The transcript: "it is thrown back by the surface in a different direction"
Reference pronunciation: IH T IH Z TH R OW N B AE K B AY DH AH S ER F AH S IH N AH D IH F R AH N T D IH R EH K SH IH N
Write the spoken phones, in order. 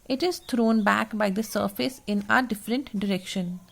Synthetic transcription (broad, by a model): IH T IH Z T R OW N B AE K B AY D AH S ER F AH S IH N AH D IH F R AH N T D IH R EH K SH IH N